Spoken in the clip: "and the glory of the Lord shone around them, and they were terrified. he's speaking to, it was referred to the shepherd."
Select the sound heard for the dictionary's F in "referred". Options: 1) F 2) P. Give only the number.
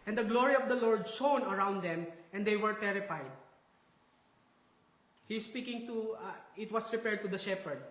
2